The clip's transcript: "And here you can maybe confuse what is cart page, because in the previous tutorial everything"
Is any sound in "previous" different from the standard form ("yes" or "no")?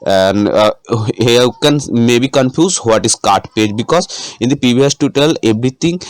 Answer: yes